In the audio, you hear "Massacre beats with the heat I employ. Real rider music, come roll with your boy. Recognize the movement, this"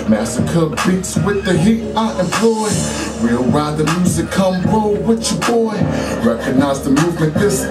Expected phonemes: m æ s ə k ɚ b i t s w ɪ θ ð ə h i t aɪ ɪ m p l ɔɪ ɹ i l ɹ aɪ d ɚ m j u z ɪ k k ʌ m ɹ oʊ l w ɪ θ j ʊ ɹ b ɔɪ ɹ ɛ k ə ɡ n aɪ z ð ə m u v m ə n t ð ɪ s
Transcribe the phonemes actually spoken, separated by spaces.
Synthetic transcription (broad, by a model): m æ s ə k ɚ b i t s w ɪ ð ə h i t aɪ ɪ m p l ɔɪ w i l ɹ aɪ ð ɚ m j u z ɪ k k ʌ m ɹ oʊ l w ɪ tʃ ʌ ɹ b ɔɪ ɹ ɛ k ə ɡ n aɪ z ð ə m u v m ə n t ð ɪ s